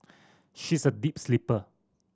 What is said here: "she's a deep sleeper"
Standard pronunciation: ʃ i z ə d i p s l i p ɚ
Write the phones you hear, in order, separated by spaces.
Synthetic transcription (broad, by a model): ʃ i s ə d i p s l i p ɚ